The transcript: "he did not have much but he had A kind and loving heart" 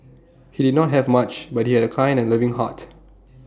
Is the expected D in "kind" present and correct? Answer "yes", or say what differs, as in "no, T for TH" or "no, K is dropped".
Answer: no, D is dropped